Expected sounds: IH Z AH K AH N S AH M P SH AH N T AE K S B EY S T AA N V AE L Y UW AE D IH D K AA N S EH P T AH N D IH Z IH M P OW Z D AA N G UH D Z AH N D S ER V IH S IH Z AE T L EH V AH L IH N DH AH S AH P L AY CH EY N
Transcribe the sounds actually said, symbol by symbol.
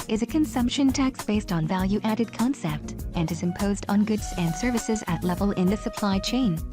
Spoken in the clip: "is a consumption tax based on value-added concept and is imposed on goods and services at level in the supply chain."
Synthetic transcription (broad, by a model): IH Z AH K AH N S AH M P SH AH N T AE K S B EY S T N V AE L Y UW AE D IH D K AA N S EH P T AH N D IH Z IH M P OW Z D N G UH D Z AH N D S ER V IH S IH Z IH T L EH V AH L IH N DH AH S AH P L AY CH EY N